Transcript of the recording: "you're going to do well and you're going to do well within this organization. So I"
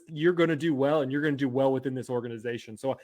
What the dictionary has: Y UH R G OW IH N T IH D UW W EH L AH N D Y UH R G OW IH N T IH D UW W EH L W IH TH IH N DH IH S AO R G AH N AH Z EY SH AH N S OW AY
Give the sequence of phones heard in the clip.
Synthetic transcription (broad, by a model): Y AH R G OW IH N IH D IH W EH L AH N Y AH R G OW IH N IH D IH W EH L W IH TH IH N DH IH S AO R G AH N AH Z EY SH AH N S OW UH